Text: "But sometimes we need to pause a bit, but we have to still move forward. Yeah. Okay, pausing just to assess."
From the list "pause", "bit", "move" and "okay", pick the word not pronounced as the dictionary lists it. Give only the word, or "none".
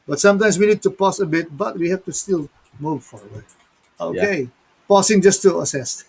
pause